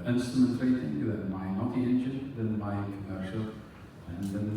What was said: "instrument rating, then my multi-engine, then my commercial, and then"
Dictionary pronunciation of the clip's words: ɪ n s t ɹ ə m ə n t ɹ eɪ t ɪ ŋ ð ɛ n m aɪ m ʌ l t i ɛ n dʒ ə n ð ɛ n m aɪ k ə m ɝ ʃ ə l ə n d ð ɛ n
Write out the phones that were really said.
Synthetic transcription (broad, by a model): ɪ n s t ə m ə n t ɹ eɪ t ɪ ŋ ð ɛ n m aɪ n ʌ t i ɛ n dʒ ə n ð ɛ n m aɪ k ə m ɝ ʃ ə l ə n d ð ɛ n